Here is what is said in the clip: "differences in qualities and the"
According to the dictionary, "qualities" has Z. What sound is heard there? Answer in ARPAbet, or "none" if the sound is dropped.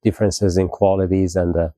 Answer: Z